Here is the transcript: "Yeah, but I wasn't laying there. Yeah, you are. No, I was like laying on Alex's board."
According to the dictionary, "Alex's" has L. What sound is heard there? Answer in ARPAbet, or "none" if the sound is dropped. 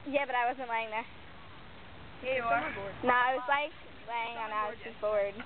none